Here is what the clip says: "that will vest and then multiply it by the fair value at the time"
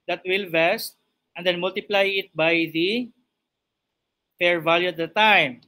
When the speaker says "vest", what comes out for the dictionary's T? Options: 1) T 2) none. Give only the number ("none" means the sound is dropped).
1